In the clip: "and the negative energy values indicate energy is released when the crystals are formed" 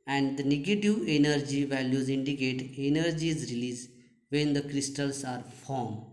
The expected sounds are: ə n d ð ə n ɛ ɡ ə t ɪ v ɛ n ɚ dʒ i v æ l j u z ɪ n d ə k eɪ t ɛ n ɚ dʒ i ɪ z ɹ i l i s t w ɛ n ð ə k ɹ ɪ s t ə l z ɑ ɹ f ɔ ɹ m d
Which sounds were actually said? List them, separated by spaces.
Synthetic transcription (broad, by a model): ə n d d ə n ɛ ɡ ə t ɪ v ɛ n ɚ dʒ i v æ l j u z ɪ n d ə k eɪ t ɛ n ɚ dʒ i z ɹ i l i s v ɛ n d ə k ɹ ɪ s t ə l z ɑ ɹ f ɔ ɹ m